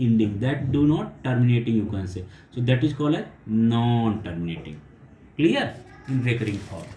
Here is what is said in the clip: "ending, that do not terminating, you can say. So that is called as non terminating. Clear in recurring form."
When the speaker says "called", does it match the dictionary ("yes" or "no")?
no